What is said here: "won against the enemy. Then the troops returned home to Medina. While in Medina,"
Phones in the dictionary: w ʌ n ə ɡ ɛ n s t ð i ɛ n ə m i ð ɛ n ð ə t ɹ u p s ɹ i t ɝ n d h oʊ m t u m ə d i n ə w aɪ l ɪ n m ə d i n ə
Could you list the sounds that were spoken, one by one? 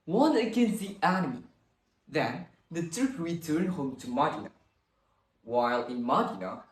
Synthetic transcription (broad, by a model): w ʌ n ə ɡ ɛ n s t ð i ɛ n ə m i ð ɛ n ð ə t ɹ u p ɹ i t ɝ n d h oʊ m t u m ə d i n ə w aɪ l ɪ n m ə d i n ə